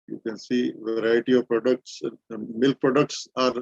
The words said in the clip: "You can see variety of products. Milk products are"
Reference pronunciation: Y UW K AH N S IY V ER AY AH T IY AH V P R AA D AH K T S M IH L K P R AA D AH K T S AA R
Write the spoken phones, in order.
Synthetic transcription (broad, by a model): Y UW K AH N S IY V ER AY AH T IY AH V P R AA D AH K T S M IH L K P R AA D AH K T S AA R